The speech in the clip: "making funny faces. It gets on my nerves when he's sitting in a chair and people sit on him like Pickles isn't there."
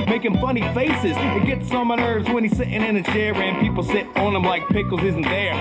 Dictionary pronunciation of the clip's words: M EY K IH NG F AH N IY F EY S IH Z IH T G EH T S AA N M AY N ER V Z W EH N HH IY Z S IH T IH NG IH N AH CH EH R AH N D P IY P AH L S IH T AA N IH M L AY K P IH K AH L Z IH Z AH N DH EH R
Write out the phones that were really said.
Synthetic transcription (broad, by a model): M EY K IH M F AH N IY F EY S IH Z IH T G EH T S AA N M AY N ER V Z W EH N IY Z S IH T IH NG IH N AH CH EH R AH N P IY P L S IH T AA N IH M L AY K P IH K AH L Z IH Z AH N DH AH R